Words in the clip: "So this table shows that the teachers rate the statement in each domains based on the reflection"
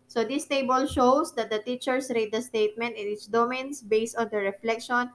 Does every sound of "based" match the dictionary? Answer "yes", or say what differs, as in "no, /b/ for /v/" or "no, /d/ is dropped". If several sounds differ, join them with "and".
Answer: yes